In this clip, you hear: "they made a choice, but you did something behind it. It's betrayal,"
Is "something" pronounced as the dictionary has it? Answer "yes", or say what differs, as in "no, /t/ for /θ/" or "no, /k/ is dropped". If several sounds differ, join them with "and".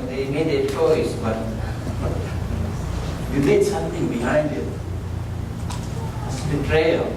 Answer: no, /t/ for /θ/